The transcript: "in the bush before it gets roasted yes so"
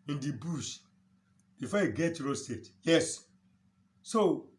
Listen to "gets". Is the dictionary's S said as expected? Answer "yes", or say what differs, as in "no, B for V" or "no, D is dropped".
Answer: no, S is dropped